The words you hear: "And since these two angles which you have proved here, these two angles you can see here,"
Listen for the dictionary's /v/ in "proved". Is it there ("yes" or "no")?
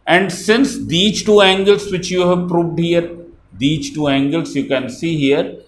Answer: yes